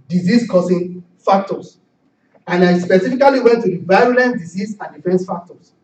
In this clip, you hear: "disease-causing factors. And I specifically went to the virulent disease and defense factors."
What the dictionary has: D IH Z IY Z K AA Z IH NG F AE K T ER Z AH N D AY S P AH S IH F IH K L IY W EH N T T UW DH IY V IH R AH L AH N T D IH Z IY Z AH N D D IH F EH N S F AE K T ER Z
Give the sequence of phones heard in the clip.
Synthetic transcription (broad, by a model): D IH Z IY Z K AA S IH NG F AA K T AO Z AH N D AY S P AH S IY F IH K L IY W EH N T T UW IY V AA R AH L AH N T D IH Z IY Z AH N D D IH F EH N S F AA K T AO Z